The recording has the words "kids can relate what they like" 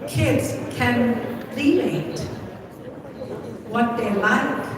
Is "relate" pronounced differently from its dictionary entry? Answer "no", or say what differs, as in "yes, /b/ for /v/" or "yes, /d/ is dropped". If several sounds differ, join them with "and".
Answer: yes, /l/ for /ɹ/ and /n/ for /l/